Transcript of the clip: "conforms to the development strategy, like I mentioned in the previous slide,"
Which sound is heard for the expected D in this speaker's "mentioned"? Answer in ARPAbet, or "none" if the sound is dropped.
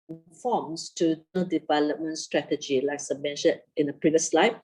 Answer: none